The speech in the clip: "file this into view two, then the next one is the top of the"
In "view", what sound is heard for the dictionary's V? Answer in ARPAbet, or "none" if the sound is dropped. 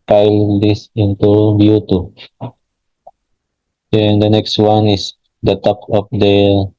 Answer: B